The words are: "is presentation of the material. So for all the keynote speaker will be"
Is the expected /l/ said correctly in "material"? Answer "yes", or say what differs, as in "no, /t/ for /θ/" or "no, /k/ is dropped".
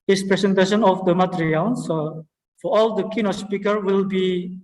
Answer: no, /n/ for /l/